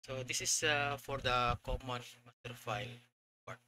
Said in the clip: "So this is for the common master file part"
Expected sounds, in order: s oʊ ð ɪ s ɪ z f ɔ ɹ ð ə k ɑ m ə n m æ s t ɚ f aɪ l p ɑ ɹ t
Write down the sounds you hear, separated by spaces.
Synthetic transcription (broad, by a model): s oʊ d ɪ s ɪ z f ɔ ɹ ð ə k ɑ m ə n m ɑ t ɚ f aɪ l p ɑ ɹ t